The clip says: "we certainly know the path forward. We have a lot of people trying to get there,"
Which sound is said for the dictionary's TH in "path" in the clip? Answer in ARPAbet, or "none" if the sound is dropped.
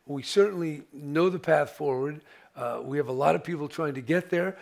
TH